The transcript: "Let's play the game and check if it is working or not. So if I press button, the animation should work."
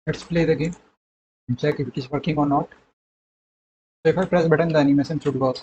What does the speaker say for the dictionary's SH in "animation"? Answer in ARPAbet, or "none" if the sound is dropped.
S